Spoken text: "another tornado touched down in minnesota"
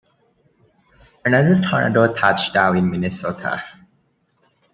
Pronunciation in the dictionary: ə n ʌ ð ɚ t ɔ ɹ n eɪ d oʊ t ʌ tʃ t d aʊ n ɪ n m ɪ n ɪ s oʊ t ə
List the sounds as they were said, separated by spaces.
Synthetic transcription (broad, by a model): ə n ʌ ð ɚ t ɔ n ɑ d oʊ t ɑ tʃ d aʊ ɪ n m ɪ n ɪ s oʊ t ə